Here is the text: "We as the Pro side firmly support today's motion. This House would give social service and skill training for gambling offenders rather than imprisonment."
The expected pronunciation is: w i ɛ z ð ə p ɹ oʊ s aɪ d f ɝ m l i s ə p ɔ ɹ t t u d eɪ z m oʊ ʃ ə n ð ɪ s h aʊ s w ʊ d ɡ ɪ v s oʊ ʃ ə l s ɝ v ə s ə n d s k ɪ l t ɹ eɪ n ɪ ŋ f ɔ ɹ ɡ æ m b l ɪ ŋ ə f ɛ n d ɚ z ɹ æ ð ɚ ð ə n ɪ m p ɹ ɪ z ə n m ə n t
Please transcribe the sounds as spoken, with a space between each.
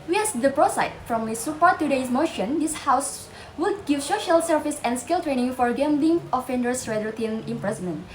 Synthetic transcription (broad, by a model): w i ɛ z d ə p ɹ oʊ s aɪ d f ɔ m i s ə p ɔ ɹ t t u d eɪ s m oʊ ʃ ə n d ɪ s h aʊ s w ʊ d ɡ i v s oʊ ʃ ə l s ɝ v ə s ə n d s k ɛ l t ɹ eɪ n ɪ ŋ f ɔ ɹ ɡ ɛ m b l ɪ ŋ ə f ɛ n d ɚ s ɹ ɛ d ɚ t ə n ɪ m p ɹ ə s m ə n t